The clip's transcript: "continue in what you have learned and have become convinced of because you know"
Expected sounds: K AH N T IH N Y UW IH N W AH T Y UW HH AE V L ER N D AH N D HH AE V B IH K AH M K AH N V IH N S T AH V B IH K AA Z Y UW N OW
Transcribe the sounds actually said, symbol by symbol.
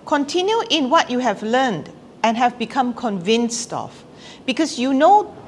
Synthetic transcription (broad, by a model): K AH N T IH N Y UW IH N W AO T Y UW HH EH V L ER N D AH N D HH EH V B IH K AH M K AH N V IH N S T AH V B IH K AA S Y UW N OW